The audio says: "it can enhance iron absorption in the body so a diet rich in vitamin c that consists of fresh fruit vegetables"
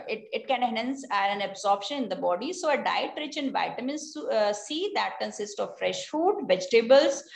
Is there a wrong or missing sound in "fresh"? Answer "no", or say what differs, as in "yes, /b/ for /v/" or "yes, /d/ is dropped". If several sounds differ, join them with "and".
no